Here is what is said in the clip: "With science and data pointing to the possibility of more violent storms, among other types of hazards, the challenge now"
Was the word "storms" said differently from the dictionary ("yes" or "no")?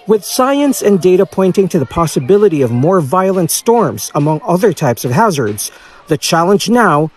no